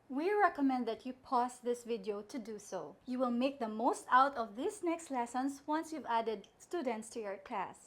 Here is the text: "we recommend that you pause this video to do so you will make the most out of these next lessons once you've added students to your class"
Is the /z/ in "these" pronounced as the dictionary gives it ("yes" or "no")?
no